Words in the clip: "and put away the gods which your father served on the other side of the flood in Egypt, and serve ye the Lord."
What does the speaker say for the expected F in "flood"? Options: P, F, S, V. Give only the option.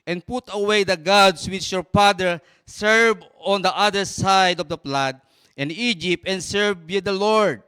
P